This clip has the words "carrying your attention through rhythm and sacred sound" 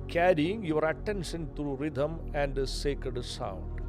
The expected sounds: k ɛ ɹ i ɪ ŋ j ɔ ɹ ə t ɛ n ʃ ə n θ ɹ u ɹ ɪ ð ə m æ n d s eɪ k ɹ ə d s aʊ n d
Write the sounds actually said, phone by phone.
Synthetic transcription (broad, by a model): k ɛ ɹ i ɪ ŋ j ɔ ɹ ə t ɛ n ʃ ə n t ɹ u ɹ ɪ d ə m æ n d s eɪ k ɹ ə d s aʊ n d